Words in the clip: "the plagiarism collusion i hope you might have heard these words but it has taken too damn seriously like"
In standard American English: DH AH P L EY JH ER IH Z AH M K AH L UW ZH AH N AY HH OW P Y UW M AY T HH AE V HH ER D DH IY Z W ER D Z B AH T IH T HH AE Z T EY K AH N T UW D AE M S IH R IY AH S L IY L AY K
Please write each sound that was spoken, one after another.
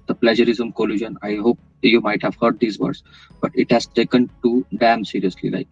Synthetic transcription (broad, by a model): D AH P L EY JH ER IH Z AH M K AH L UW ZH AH N AY HH OW P Y UW M AY T HH AE V HH ER D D IY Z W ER D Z B AH T IH T HH AE Z T EY K AH N T UW D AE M S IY R IY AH S L IY L AY K